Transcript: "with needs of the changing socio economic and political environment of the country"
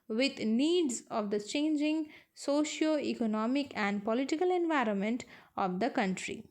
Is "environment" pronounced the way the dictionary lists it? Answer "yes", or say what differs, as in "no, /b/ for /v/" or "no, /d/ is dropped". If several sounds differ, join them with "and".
yes